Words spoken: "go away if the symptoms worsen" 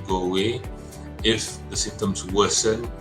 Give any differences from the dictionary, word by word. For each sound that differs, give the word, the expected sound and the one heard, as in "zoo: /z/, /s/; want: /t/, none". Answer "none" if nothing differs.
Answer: symptoms: /p/, none